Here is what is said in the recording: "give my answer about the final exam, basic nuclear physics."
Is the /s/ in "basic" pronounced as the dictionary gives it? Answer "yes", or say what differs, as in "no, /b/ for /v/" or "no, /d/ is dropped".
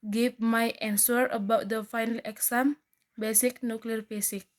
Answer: yes